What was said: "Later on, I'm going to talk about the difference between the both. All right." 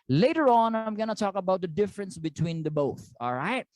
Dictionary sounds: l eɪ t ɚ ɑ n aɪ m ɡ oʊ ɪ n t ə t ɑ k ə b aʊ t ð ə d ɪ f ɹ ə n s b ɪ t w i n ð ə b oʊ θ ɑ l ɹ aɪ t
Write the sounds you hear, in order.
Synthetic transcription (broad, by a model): l eɪ t ɚ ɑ n aɪ m ɡ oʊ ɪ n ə t ɑ k ə b aʊ t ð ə d ɪ f ɹ ə n s b ɪ t w i n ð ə b oʊ θ ɑ l ɹ aɪ t